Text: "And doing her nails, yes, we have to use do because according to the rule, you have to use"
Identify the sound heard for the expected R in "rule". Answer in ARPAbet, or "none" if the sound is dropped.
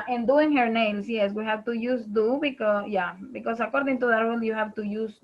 W